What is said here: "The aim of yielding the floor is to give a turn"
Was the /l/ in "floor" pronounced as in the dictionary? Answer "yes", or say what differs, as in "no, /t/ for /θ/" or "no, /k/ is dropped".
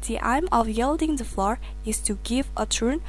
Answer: yes